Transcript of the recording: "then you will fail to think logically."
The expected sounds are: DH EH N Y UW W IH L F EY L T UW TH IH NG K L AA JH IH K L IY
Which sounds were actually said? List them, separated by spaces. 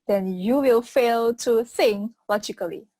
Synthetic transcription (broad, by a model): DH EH N Y UW W IH L F EY L T UW S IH NG L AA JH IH K L IY